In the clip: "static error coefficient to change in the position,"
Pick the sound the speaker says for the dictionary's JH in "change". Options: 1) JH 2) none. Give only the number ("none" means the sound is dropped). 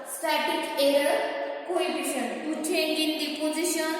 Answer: 2